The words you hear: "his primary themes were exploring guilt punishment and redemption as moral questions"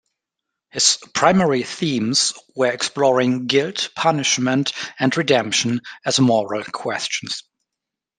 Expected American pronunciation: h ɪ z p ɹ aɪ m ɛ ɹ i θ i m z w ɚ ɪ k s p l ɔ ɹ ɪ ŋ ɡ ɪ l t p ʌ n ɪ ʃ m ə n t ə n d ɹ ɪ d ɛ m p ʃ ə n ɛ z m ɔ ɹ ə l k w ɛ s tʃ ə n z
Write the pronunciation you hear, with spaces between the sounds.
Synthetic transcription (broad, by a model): h ɪ z p ɹ aɪ m ɛ ɹ i θ i m z w ɚ ɪ k s p l ɔ ɹ ɪ ŋ ɡ ɪ l t p ʌ n ɪ ʃ m ə n t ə n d ɹ ɪ d ɛ m p ʃ ə n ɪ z m ɔ ɹ ə l k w ɛ s tʃ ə n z